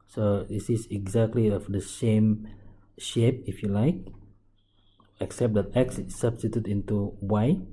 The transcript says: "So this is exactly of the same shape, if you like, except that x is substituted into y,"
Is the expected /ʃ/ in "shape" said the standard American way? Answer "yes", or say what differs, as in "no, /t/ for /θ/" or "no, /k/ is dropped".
yes